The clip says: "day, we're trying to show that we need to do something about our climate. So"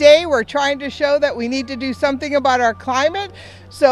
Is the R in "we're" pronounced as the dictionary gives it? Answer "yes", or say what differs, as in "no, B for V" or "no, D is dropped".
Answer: yes